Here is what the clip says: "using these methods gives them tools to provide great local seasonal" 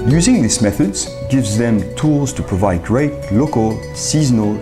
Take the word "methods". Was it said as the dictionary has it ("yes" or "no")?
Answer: yes